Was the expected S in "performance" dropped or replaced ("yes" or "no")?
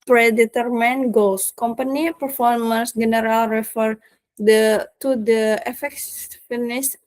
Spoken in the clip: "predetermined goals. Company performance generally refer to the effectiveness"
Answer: no